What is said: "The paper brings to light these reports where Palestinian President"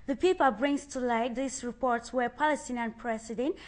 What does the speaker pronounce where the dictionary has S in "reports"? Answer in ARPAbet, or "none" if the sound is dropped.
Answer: S